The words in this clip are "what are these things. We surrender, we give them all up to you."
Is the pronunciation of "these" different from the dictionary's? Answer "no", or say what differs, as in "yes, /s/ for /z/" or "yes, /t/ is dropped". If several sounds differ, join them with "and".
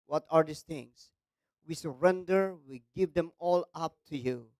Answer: yes, /s/ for /z/